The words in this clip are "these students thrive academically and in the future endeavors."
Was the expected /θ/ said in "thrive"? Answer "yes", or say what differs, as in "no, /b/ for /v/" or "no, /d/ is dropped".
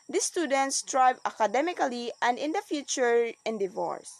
no, /t/ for /θ/